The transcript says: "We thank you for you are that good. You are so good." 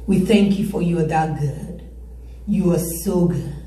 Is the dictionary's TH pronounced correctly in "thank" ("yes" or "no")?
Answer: yes